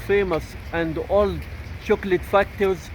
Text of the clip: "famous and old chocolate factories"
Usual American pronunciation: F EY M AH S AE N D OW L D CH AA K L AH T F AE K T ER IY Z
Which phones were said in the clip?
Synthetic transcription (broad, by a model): F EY M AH S AE N D OW L D SH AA K L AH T F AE K T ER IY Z